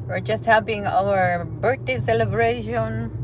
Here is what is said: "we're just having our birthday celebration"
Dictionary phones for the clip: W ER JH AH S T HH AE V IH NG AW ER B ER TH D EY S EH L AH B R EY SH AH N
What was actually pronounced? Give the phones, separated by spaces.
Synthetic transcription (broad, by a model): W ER JH AH S T HH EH P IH NG AW ER B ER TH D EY S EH L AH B R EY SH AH N